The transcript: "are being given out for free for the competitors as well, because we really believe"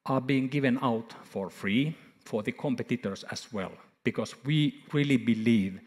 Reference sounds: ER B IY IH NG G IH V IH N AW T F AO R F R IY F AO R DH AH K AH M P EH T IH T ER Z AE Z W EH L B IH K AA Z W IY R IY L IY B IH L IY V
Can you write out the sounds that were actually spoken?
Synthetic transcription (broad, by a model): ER B IY IH NG G IH V IH N AW T F AO R F R IY F AO R DH AH K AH M P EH T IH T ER S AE S W EH L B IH K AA S W IY R IY L IY B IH L IY V